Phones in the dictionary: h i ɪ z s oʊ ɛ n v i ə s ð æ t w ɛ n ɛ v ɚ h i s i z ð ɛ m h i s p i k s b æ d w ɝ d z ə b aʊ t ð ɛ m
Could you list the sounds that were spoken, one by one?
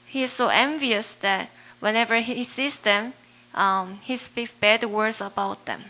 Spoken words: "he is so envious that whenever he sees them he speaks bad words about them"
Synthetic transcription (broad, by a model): h i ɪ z s oʊ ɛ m v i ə s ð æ t w ɛ n ɛ v ɚ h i s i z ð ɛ m h i s p i k s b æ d w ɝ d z ə b aʊ t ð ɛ m